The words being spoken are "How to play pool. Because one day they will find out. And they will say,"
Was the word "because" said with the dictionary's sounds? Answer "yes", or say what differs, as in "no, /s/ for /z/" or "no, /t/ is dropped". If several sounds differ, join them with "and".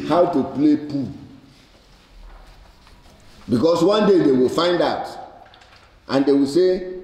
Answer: no, /s/ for /z/